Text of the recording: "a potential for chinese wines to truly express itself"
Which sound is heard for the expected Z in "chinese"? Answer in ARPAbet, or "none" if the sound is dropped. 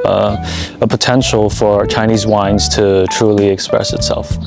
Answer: Z